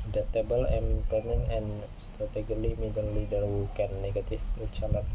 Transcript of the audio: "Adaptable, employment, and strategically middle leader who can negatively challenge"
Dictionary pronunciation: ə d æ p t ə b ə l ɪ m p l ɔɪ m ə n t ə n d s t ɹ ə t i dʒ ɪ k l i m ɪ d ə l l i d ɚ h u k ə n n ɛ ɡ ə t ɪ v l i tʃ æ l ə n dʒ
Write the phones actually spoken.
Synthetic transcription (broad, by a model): d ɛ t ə b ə l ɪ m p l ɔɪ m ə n ə n s t ɹ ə t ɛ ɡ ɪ l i m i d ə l l i d ɚ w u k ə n n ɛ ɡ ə t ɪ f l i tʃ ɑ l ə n